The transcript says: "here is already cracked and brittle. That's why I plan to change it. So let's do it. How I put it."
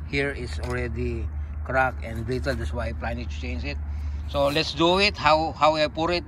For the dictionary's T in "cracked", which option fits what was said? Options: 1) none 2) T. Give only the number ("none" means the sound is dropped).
1